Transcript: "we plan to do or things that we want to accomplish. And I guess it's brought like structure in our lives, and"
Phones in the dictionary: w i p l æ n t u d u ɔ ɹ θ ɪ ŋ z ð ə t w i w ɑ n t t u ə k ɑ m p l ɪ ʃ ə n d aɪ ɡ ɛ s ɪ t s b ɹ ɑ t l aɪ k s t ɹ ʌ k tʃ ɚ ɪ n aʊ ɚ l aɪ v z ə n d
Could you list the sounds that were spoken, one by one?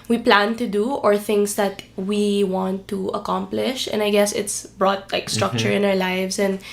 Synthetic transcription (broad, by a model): w i p l æ n t u d u ɔ ɹ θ ɪ ŋ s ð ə t w i w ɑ n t t u ə k ɑ m p l ɪ ʃ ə n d aɪ ɡ ɛ s ɪ t s b ɹ ɑ t l aɪ k s t ɹ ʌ k tʃ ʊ ɪ n aʊ ɚ l aɪ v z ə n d